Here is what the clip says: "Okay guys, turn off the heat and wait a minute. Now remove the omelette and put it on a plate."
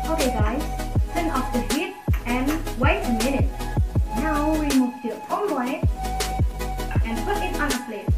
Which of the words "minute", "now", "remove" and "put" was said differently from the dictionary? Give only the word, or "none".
remove